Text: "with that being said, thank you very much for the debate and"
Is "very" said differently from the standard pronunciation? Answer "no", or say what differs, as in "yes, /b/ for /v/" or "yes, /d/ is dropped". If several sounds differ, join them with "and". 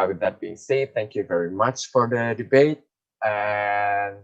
no